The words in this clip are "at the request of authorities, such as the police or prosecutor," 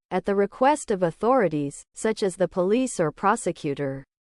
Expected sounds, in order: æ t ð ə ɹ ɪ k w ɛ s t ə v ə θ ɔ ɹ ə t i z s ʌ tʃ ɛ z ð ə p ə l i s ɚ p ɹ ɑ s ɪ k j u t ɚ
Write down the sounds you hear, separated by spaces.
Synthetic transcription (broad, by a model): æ t ð ə ɹ ɪ k w ɛ s t ə v ə θ ɔ ɹ ə t i z s ʌ tʃ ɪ z ð ə p ə l i s ɚ p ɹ ɑ s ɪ k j u t ɚ